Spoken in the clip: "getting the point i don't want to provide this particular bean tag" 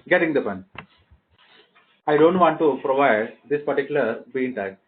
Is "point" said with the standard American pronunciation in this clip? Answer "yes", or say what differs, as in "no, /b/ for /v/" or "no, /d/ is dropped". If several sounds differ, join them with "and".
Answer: no, /t/ is dropped